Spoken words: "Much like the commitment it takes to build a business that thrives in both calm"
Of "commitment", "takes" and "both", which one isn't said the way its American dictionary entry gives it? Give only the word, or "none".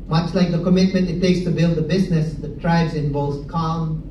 both